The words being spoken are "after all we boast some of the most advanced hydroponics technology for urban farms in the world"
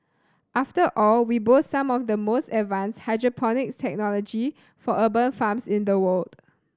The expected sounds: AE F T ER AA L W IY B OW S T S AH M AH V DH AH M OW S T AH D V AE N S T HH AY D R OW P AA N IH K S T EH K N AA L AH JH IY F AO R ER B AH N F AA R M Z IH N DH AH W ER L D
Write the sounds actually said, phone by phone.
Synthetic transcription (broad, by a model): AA F T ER AA L W IY B OW T S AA M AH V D AH M OW S T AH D V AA N S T HH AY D R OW P AA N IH K T EH K N AA L AH JH IY F AO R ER B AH N F AA M S IH N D AH W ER L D